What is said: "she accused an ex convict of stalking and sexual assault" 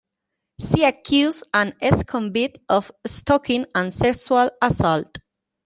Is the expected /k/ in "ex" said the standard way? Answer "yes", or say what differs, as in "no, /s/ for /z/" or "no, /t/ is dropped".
no, /k/ is dropped